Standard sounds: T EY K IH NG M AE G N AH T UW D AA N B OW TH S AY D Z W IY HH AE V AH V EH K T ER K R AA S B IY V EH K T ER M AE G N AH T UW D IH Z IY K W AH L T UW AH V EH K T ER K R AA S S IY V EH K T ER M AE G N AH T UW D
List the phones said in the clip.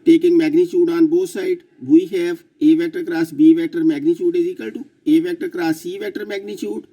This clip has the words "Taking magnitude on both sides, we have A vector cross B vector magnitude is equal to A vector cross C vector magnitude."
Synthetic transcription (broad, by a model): T EY K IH NG M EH G N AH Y UW D AA N B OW T S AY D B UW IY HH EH P AH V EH T ER K R AA S B IY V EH T ER M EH G N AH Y UW D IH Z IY K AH L T UW AH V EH T ER K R AA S S IY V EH T ER M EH G N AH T UW D